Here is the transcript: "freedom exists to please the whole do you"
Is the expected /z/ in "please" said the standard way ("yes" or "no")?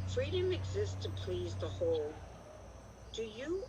yes